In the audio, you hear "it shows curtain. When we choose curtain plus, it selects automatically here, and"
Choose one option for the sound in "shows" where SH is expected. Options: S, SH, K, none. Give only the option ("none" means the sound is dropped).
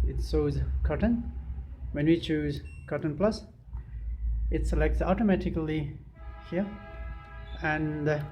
S